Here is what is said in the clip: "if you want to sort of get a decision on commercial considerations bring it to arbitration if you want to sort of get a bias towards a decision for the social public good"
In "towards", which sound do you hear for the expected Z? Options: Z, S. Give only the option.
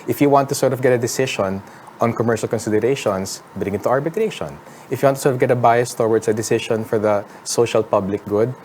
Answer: S